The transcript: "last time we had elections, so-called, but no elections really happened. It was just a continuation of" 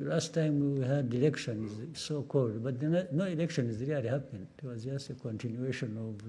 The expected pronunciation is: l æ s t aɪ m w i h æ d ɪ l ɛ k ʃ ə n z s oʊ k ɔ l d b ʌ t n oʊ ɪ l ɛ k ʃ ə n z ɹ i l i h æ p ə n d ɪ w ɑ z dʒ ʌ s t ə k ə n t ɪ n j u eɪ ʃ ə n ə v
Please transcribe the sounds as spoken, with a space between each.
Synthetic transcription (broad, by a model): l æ s t aɪ m w i h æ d ɪ l ɛ k ʃ ə n z s oʊ k ɔ l d b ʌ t n oʊ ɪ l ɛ k ʃ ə n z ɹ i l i h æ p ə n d ɪ w ɑ z dʒ ʌ s t ə k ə n t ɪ n j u eɪ ʃ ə n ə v